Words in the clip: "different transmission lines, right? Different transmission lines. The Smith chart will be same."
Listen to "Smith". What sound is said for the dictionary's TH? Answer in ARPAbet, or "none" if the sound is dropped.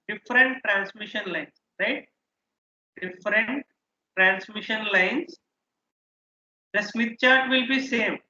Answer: T